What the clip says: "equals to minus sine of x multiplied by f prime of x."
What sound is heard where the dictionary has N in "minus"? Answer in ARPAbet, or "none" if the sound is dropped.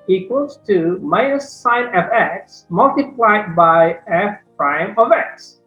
none